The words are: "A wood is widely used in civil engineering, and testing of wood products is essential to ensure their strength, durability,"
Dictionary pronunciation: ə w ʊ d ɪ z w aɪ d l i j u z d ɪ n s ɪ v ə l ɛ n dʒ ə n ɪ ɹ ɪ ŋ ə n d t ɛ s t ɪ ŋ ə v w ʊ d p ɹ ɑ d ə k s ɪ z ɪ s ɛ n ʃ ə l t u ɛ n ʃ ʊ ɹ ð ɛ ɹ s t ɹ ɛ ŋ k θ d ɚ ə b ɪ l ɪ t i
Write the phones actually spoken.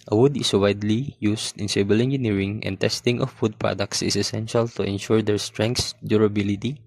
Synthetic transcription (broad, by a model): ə w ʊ d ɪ s w aɪ d l i j u s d ɪ n s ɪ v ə l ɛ n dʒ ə n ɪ ɹ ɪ ŋ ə n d t ɛ s t ɪ ŋ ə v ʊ d p ɹ ɑ d ə k s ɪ s ɪ s ɛ n ʃ ə l t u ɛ n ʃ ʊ ɹ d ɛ ɹ s t ɹ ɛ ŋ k s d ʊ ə b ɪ l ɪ t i